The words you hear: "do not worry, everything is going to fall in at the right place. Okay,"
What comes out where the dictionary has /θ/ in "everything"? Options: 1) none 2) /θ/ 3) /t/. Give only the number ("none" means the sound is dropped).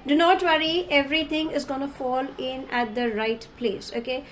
3